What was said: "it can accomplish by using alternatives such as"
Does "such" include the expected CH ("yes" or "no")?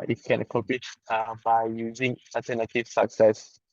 no